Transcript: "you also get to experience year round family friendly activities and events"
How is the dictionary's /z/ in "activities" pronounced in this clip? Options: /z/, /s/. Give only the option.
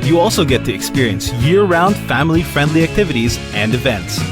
/z/